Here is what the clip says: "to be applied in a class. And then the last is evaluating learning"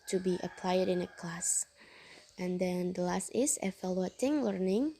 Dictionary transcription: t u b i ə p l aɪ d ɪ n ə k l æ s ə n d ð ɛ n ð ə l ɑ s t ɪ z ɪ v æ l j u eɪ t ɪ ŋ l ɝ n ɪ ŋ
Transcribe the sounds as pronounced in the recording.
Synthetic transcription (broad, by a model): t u b i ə p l aɪ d ɪ n ə k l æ s ə n d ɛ n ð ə l ɑ s t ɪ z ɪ f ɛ l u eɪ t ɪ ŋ l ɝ n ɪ ŋ